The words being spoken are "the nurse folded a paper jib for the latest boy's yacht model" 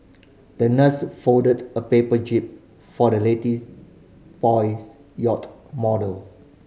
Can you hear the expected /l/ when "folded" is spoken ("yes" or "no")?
no